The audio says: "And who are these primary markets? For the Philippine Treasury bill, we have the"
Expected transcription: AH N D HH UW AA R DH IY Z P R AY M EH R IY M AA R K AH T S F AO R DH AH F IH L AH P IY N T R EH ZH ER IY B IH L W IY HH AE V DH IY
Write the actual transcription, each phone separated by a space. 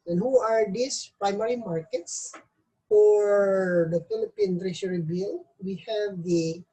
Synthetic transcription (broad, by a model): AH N HH UW AA R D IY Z P R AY M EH R IY M AA R K AH T S F AO R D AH F IH L AH P IY N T R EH SH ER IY B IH L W IY HH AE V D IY